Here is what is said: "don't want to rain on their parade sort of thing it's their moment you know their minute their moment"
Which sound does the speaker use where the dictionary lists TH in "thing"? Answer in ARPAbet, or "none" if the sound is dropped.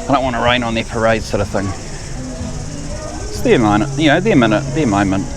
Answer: TH